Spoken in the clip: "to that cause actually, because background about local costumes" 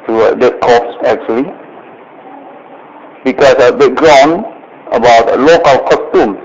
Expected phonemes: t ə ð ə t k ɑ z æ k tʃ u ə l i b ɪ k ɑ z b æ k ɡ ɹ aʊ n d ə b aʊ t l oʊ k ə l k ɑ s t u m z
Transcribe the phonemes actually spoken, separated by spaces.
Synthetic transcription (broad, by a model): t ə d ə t k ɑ s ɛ k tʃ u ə l i b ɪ k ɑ s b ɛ ɡ ɹ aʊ n ə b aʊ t l oʊ k ə l k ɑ s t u m